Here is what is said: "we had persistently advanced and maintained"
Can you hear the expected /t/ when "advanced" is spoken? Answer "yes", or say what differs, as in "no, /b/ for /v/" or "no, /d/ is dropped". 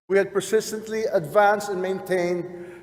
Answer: yes